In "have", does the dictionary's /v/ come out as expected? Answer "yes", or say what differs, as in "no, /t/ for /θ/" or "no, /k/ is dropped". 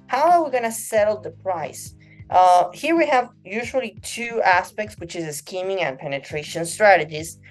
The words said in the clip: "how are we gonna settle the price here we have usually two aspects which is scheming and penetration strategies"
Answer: yes